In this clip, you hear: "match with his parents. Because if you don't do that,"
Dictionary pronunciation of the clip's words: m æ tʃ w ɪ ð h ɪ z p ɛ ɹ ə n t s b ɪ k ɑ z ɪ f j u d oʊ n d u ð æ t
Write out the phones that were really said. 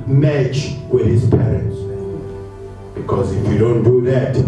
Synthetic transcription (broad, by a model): m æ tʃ w ɪ ð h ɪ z p ɛ ɹ ə n t s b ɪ k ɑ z ɪ f j u d oʊ n d u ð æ t